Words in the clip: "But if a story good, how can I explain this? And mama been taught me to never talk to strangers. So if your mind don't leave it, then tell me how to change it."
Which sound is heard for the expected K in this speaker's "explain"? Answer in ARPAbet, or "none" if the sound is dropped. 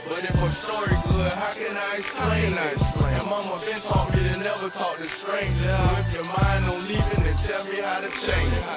none